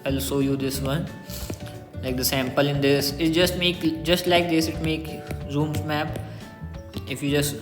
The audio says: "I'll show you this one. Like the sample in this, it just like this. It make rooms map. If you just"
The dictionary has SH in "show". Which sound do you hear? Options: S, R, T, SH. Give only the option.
S